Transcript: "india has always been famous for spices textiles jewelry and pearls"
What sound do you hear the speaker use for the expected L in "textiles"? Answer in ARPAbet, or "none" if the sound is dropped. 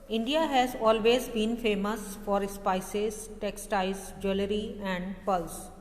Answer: none